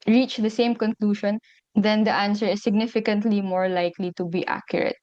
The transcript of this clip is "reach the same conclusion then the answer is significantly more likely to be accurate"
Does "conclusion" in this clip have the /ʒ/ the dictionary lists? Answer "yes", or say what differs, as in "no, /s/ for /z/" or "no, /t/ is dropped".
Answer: no, /ʃ/ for /ʒ/